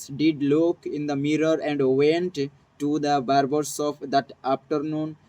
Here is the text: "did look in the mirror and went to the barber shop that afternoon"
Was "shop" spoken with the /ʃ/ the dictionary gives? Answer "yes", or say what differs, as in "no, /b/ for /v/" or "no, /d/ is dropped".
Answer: no, /s/ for /ʃ/